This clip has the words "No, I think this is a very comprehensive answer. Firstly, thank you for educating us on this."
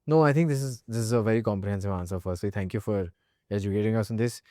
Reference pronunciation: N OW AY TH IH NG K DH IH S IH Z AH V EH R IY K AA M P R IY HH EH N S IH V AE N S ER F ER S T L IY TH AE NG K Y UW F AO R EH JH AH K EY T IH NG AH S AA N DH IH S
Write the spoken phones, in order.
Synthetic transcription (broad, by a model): N OW AY T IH NG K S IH S IH Z AH V EH R IY K AA M P R IY HH EH N S IH V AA N S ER F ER S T L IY T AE NG K Y UW F AO R EH JH AH K EY T IH NG AH S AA N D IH S